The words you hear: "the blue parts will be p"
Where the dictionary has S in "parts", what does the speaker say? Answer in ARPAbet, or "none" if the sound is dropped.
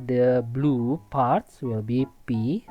S